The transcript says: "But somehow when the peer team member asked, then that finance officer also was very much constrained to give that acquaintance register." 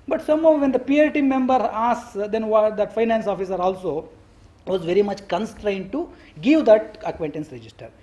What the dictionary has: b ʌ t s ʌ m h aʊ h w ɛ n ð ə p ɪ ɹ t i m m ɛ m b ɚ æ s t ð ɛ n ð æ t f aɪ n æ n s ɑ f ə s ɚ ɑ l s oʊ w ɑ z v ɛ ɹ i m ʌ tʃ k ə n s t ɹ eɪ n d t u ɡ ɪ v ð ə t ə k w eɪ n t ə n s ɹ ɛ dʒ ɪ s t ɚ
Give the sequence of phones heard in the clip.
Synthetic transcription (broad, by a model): b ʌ t s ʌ m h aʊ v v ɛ n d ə p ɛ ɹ t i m m ɛ m b ɚ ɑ s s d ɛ n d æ t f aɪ n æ n s ɑ f ə s ɚ ɑ l s oʊ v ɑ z v ɛ ɹ i m ʌ tʃ k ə n s t ɹ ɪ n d t u ɡ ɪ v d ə t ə k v eɪ n t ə n s ɹ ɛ dʒ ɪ s t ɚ